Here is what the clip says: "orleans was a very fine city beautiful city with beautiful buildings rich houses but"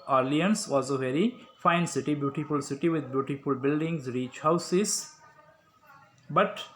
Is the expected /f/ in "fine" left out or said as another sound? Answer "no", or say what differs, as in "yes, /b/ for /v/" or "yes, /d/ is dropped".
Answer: no